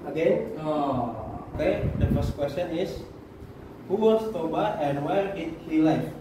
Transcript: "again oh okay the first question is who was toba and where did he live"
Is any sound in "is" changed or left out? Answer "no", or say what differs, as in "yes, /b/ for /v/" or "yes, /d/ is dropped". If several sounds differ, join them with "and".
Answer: yes, /s/ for /z/